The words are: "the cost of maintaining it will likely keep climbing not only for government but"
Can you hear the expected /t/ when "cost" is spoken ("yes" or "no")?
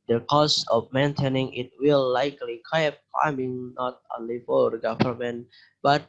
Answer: no